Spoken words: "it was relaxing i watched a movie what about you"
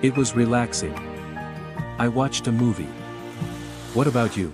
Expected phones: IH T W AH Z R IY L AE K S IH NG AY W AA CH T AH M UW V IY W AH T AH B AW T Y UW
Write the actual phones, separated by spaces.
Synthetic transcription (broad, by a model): IH T W AH Z R IY L AE K S IH NG AY W AA CH T AH M UW V IY W AH T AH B AW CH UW